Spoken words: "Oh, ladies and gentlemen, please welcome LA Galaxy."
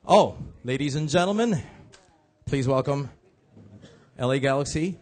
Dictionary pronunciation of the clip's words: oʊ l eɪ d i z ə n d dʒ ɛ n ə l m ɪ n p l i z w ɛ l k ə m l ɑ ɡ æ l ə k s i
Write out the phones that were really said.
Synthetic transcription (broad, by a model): oʊ l eɪ d i z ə n dʒ ɛ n l m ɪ n p l i z w ɛ l k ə m l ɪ ɡ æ l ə k s i